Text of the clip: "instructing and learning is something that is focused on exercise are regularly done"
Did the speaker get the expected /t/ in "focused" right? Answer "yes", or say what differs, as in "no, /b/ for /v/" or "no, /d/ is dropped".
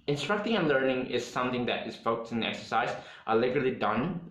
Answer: no, /t/ is dropped